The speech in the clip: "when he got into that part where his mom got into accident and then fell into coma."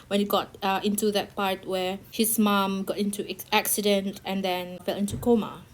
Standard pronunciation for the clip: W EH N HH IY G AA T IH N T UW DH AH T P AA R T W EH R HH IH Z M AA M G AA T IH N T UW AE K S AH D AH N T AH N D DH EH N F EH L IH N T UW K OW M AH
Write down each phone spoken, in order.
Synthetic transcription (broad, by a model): W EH N HH IY G AA T IH N T UW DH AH T P AA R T W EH HH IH S M AA M G AA T IH N T UW AE K S AH D AH N T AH N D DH EH N F EH L IH N T UW K OW M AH